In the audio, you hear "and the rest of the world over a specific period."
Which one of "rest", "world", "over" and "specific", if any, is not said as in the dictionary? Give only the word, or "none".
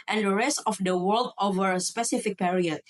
none